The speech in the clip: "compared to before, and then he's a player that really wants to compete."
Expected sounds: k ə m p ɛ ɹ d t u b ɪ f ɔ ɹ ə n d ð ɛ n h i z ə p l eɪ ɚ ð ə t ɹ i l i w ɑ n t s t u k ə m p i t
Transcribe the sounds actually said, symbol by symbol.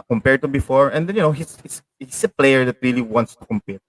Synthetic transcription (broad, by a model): k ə m p ɛ ɹ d t u b ɪ f ɔ ɹ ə n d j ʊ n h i s ə p l eɪ ɚ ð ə t ɹ i l i w ɑ n t s t u k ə m p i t